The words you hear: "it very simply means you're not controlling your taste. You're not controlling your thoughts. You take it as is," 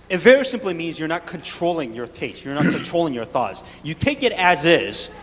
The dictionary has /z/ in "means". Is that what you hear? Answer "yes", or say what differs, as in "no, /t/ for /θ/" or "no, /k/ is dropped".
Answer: yes